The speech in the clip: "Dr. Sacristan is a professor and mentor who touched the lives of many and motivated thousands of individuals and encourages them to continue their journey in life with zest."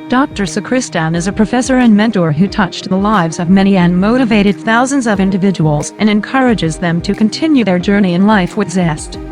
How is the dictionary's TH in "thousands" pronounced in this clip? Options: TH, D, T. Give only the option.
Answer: TH